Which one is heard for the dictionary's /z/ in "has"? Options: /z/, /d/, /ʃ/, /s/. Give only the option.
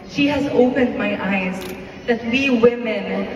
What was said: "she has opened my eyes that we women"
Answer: /z/